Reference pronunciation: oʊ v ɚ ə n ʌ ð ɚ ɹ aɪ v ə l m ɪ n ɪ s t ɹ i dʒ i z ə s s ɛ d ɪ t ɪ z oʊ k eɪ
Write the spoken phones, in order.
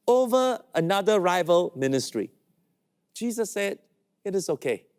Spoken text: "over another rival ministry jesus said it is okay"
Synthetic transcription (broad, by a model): oʊ v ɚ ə n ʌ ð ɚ ɹ aɪ v ə l m ɪ n ɪ s t ɹ i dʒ i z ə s s ɛ d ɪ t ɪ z oʊ k eɪ